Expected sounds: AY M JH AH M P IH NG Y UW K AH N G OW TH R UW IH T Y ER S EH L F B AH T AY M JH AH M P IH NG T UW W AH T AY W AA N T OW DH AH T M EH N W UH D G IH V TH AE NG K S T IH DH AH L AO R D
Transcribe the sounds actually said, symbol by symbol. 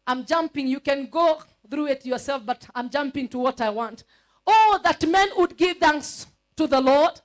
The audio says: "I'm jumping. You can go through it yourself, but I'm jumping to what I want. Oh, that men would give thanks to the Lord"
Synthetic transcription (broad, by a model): AY M JH AH M P IH NG Y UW K AH N G OW TH R UW IH T Y ER S EH L F B AH T AY M JH AH M P IH NG T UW W AH T AY W AA N T OW DH AH T M EH N W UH D G IH V TH AE NG K S T IH DH AH L AO R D